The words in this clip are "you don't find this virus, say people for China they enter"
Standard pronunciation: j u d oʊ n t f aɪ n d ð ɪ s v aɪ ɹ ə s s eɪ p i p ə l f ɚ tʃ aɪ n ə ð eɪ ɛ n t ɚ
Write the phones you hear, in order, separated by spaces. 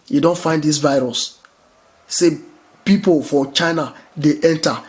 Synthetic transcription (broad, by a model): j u d oʊ n t f aɪ n d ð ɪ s v aɪ ɹ ə s s eɪ p i p ə l f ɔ tʃ aɪ n ə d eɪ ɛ n t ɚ